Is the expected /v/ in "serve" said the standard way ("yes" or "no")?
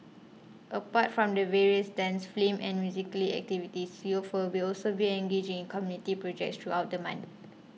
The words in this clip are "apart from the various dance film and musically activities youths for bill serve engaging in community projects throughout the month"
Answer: no